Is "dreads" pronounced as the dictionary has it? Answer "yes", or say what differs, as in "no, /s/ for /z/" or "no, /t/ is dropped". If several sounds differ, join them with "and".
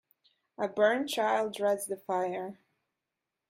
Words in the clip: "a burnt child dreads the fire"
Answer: yes